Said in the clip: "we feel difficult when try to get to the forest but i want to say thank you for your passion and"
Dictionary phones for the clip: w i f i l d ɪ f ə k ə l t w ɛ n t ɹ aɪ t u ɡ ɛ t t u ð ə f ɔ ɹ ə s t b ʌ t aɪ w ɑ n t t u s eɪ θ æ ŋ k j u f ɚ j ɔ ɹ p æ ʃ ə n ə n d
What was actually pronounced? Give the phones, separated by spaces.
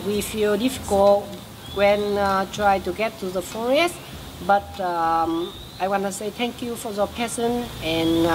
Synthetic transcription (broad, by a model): w i f i l d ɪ f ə k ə l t w ɛ n t ɹ aɪ t u ɡ ɛ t t u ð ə f ɔ ɹ ə s t b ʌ t aɪ w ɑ n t t u s eɪ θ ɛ ŋ k j u f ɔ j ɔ p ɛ s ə n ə n